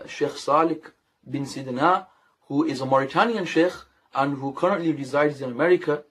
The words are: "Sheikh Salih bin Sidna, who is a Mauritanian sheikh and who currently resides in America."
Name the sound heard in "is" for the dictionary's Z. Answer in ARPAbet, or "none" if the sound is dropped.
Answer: Z